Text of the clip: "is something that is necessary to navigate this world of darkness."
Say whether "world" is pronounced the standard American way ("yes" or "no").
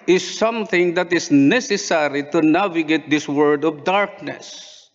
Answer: no